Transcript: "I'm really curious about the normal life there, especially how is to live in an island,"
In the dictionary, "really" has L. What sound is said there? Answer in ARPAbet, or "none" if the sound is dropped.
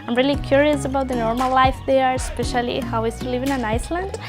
L